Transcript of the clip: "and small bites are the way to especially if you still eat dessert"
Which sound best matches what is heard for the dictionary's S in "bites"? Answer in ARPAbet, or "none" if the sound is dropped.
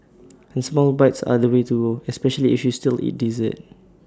S